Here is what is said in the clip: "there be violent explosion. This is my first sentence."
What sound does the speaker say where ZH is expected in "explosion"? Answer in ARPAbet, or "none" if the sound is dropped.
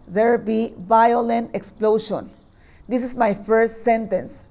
SH